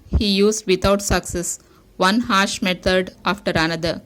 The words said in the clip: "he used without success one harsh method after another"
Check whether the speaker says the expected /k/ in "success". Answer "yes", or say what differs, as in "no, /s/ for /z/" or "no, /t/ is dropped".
yes